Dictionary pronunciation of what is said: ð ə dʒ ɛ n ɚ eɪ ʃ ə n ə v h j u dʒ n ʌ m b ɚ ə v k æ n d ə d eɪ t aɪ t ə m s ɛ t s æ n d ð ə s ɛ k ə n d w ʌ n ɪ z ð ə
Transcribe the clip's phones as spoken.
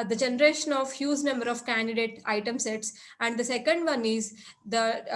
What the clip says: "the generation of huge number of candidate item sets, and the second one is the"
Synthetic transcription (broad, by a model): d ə dʒ ɛ n ɚ eɪ ʃ ə n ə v h j u z n ʌ m b ɚ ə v k æ n d ə d eɪ t aɪ t ə m s ɛ t s æ n d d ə s ɛ k ə n d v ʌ n ɪ z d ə